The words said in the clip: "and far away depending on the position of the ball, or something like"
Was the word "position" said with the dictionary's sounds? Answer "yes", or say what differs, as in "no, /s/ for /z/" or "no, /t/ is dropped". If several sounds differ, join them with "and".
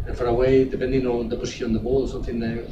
no, /n/ is dropped